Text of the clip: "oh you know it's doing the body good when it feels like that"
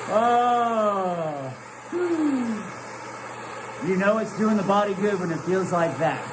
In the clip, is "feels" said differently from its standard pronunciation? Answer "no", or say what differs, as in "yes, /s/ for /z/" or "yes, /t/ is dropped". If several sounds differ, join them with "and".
no